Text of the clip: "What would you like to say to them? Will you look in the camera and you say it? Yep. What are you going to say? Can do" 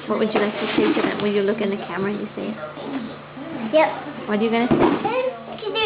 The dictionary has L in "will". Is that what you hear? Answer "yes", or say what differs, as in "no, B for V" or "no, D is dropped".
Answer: no, N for L